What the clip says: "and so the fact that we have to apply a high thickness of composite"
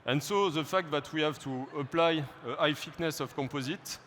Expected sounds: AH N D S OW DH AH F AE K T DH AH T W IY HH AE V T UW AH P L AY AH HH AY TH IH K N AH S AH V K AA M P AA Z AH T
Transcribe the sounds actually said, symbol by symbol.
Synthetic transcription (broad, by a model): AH N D S OW DH AH F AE K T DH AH T W IY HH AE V T UW AH P L AY AH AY F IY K N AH S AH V K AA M P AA Z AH T